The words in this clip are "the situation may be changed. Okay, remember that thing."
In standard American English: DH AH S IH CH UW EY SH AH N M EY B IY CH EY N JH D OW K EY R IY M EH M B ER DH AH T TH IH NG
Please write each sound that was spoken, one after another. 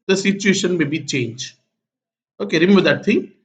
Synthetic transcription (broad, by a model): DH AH S IH CH UW EY SH AH N M EY B IY CH EY N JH OW K EY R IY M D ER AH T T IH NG